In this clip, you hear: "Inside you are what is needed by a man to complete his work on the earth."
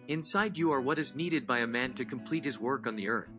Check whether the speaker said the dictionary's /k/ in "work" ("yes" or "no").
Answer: yes